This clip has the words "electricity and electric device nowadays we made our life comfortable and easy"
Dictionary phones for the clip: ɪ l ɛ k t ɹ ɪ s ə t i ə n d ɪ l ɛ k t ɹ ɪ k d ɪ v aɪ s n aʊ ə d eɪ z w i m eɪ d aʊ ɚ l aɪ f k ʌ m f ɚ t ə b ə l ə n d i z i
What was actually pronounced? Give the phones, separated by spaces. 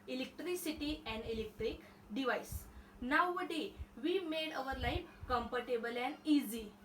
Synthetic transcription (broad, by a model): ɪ l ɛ k t ɹ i s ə t i ə n d ɪ l ɛ k t ɹ ɪ k d ɪ v aɪ s n aʊ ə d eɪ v i m eɪ d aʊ ɚ l aɪ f k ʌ m p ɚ t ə b ə l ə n i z i